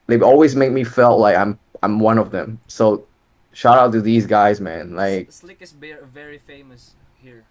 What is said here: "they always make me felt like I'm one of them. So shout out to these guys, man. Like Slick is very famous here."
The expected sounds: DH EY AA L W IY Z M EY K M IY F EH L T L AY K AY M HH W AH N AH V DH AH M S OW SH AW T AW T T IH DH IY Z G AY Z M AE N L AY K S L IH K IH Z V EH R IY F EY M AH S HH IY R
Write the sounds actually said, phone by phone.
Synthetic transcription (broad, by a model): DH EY AA L W IY Z M EY K M IY F EH L T L AY K AY M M W AH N AH V DH AH M S OW SH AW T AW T T IH DH IY Z G AY Z M AE N L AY IH K V EH R IY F EY M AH S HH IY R